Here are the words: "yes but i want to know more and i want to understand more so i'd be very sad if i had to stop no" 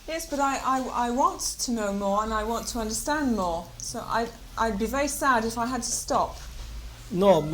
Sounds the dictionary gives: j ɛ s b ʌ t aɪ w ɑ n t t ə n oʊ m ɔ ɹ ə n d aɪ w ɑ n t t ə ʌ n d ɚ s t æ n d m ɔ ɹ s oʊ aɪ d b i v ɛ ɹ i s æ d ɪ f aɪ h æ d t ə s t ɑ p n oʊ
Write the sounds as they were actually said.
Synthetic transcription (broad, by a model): j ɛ s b ʌ t aɪ w ɑ n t t ə n oʊ m ɔ ɹ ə n aɪ w ɑ n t t ə ʌ n d ɚ s t æ n d m ɔ ɹ s oʊ aɪ d b i v ɛ ɹ i s æ d ɪ f aɪ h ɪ d t ə s t ɑ p n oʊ